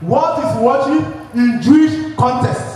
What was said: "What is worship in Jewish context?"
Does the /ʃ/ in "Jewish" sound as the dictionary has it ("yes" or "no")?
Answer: yes